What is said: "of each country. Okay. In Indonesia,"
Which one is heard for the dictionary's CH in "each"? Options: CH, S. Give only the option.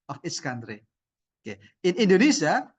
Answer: S